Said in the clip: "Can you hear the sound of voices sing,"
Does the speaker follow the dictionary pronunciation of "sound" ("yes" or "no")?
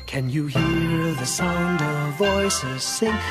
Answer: yes